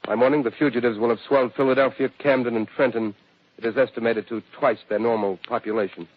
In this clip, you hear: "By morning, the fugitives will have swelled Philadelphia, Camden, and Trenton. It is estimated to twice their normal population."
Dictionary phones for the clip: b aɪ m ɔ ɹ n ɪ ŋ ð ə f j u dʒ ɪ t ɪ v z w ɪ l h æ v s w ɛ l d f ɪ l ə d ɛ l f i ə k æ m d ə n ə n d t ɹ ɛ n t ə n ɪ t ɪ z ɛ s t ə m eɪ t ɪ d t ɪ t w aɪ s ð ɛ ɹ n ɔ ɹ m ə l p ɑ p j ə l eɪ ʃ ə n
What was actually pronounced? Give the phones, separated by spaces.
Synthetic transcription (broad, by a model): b aɪ m ɔ ɹ n ɪ ŋ ð ə f j u dʒ ɪ t ɪ v z w ɪ l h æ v s w ɛ l d f ɪ l ə d ɛ l f i ə k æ m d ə n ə n t ɹ ɛ n t ə n ɪ t ɪ z ɛ s t ə m eɪ t ɪ d t ɪ t w aɪ s ð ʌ ɹ n ɔ ɹ m l p ɑ p j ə l eɪ ʃ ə n